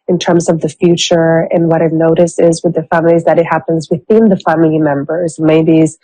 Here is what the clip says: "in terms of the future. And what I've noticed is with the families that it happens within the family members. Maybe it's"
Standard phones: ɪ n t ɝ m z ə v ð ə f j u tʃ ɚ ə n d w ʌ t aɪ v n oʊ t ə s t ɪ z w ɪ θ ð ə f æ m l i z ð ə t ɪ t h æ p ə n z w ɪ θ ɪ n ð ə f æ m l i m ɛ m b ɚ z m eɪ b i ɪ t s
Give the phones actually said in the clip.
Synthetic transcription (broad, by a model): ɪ n t ɝ m z ə v ð ə f j u tʃ ɚ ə n w ʌ t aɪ n oʊ t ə s ɪ z w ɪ ð ə f æ m l i z ð ə t ɪ t h æ p ə n z w ɪ θ ɪ n ð ə f æ m l i m ɛ m b ɚ z m eɪ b i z